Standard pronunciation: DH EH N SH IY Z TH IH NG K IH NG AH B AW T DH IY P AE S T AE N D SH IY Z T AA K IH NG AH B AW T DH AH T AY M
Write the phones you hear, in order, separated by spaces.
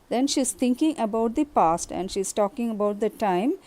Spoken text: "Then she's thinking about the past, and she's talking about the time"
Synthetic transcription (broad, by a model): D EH N SH IY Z T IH NG K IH NG AH B AW T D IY P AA S T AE N D SH IY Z T AA K IH NG AH B AW T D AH T AY M